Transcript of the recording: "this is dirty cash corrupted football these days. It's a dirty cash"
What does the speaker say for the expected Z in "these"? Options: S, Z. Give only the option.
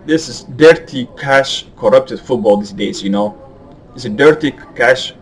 S